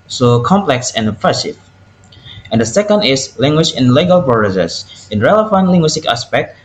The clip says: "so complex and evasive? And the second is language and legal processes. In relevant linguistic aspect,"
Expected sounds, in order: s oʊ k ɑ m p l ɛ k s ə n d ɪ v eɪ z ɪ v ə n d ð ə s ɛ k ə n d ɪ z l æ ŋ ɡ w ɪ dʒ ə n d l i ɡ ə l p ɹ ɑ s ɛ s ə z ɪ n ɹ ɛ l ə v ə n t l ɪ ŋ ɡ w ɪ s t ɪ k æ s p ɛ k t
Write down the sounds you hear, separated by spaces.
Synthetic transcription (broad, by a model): s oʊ k ɑ m p l ɛ k s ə n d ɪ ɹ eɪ s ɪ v ə n d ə s ɛ k ə n d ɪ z l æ ŋ ɡ w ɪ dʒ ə n l i ɡ ə l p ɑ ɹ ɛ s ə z ɪ n ɹ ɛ l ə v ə n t l ɪ ŋ ɡ w ɪ s t ɪ k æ s p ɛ k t